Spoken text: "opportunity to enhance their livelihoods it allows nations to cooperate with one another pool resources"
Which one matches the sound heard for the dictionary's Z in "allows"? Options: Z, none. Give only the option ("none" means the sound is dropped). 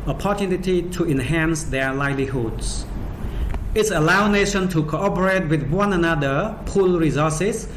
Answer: none